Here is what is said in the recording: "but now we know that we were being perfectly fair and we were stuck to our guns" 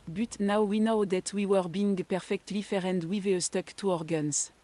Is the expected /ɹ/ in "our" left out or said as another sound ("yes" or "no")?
no